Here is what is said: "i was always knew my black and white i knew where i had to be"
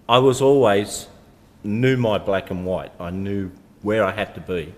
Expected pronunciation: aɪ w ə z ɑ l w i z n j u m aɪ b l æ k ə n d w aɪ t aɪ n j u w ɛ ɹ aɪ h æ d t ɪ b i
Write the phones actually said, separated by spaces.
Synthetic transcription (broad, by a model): aɪ w ə z ɑ l w i z n j u m aɪ b l æ k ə n w aɪ t aɪ n j u w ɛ ɹ aɪ h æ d t ɪ b i